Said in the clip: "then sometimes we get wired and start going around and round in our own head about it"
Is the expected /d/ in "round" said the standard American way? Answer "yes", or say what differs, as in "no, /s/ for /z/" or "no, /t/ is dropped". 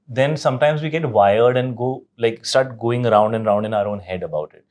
yes